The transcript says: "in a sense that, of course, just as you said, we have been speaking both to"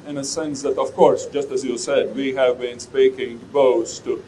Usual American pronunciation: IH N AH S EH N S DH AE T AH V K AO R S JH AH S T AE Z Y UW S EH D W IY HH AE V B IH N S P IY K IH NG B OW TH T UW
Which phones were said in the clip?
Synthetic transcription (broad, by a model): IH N AH S EH N S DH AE T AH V K AO R S JH AH S T AE Z Y UW S EH D W IY HH AE V B IH N S P IY K IH NG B OW S T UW